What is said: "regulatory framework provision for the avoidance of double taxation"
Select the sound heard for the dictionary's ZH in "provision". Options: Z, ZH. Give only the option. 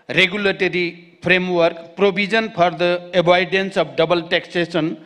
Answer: Z